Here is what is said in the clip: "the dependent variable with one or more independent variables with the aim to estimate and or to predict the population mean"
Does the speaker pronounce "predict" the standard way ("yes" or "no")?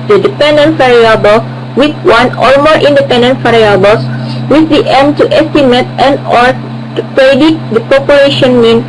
no